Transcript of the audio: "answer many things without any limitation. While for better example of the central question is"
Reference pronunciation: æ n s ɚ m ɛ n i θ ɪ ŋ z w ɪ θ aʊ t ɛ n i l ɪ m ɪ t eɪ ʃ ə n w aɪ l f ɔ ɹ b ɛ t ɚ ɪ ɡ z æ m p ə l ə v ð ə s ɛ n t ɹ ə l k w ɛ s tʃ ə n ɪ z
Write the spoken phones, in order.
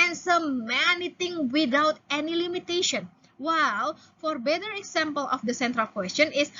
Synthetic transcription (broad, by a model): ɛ n s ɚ m ɛ n i t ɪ ŋ w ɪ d aʊ t ɛ n i l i m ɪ t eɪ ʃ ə n w aɪ l f ɔ ɹ b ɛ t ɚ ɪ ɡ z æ m p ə l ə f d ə s ɛ n t ɹ ə l k w ɛ s tʃ ə n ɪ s